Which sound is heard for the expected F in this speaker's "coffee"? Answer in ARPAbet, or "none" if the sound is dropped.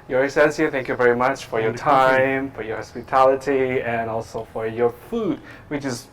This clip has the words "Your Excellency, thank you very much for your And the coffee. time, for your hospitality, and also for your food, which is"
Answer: none